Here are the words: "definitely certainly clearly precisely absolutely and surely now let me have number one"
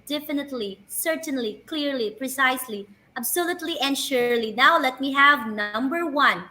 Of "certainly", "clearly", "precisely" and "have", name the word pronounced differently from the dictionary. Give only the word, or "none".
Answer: none